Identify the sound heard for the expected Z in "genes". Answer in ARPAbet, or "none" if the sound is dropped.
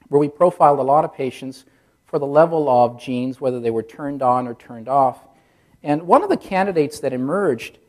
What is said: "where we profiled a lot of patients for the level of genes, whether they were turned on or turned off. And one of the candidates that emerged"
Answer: Z